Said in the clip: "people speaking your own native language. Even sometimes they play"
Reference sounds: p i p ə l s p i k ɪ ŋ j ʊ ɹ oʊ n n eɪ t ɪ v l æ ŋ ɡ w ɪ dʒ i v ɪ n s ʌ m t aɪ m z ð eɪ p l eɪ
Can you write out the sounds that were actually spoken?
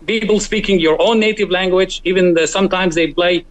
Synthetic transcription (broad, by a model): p i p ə l s p i k ɪ ŋ j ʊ ɹ oʊ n n eɪ t ɪ v l æ ŋ ɡ w ɪ dʒ i v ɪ n s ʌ m t aɪ m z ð eɪ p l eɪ